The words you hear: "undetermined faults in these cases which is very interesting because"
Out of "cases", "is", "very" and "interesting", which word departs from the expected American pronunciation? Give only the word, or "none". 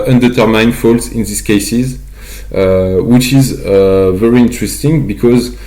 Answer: none